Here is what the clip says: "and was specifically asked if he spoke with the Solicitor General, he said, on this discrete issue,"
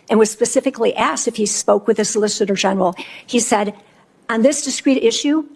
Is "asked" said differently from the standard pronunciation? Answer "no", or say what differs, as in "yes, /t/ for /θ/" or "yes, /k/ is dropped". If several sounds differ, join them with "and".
no